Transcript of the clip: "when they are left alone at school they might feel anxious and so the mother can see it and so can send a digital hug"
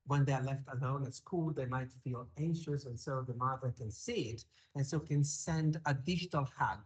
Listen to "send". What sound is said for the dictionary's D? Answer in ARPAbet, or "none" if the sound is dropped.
D